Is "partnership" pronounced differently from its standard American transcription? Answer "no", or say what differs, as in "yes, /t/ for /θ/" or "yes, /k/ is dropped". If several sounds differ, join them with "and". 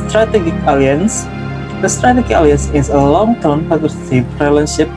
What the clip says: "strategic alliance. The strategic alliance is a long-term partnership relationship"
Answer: yes, /n/ is dropped